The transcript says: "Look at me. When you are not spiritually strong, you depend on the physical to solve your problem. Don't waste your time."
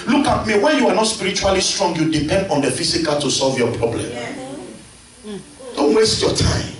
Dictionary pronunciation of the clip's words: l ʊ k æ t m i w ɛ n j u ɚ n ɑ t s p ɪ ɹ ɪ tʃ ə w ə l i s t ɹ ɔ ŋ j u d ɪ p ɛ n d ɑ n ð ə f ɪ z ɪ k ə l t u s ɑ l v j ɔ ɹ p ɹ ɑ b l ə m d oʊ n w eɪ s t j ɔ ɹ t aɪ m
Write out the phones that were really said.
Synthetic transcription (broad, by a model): l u k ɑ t m i w ɛ n j u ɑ n ɑ t s p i ɹ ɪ tʃ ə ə l i s t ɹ ɔ ŋ j u d ɪ p ɛ n d ɑ n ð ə f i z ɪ k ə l t u s ɑ l v j ɔ p ɹ ɑ b l ə m d oʊ n w eɪ s t j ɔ t aɪ m